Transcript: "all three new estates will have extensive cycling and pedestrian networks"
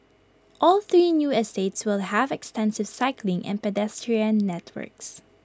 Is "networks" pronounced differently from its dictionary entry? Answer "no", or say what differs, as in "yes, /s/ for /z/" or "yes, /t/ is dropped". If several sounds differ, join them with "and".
no